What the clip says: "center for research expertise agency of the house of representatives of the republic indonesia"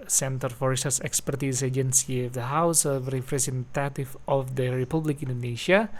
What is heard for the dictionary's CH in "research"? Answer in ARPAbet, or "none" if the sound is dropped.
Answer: S